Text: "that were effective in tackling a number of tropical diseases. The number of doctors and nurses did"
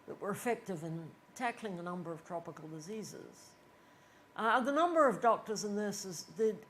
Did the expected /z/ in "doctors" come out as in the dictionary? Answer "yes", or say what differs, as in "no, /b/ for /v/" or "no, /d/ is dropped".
yes